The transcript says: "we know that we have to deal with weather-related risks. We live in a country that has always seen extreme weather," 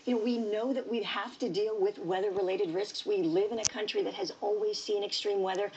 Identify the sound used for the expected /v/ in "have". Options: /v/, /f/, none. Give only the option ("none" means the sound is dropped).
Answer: /f/